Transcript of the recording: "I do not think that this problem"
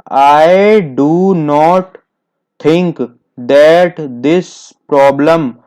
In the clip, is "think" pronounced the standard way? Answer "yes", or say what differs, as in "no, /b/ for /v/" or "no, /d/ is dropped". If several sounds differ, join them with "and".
no, /t/ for /θ/